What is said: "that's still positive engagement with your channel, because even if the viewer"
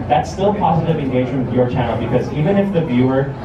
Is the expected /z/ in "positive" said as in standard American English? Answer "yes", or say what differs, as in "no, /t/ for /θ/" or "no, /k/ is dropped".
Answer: yes